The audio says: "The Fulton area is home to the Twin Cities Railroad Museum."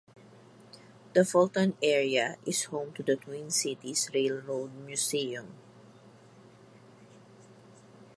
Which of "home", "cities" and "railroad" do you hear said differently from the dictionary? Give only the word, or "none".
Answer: cities